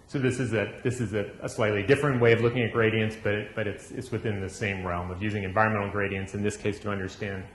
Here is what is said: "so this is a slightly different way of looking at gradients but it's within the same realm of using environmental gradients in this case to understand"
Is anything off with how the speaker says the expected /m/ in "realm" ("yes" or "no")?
no